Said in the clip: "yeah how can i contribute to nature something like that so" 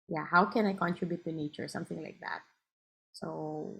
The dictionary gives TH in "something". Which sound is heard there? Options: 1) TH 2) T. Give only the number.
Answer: 1